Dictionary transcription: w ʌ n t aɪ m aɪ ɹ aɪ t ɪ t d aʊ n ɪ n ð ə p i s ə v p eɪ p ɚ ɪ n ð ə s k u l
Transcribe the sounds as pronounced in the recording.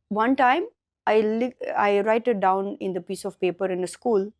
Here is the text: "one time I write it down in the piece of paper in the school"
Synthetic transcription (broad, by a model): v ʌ n t aɪ m aɪ l aɪ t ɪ t d aʊ n ɪ n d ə p i s ə v p eɪ p ɚ ɪ n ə s k u l